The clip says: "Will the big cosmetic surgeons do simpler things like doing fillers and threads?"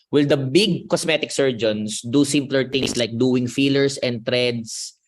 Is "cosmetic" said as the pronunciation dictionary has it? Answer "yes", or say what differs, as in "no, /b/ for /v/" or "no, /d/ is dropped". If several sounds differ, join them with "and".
no, /s/ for /z/